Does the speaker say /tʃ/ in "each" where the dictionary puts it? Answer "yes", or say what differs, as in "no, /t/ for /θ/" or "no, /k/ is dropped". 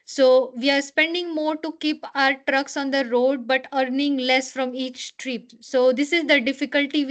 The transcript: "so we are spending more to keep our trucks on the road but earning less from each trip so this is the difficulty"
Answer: yes